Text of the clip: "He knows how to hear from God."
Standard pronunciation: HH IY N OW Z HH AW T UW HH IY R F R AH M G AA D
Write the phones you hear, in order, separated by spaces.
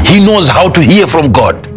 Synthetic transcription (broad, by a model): HH IY N OW Z HH AW T UW HH IY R F R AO M G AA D